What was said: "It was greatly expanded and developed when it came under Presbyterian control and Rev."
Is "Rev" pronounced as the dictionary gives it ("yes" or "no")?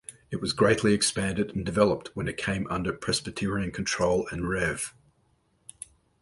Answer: yes